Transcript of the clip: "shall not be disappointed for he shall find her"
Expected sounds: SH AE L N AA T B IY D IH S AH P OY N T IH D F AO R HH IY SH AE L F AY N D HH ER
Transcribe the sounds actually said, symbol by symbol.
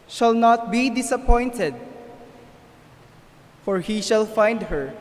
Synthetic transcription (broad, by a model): SH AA L N AA T B IY D IH S AH P OY N T IH D F AO R HH IY SH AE L F AY N D HH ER